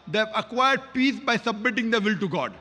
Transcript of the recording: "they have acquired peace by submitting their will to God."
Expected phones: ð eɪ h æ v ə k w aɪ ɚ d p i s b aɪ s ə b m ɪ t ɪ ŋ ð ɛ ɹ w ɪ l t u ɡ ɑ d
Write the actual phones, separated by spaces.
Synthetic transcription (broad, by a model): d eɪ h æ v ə k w aɪ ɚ d p i s b aɪ s ə b m ɪ t ɪ ŋ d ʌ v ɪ l t u ɡ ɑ d